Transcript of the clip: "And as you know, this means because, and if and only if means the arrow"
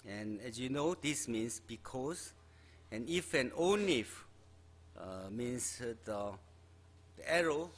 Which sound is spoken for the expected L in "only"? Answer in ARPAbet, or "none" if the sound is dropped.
none